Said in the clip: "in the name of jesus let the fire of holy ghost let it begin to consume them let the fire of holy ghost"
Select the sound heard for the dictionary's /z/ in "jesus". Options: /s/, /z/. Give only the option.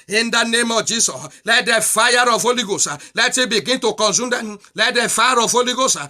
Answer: /s/